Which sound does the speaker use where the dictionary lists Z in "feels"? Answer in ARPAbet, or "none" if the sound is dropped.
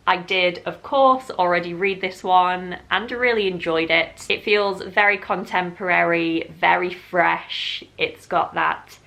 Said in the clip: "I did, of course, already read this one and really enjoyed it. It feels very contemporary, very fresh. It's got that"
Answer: Z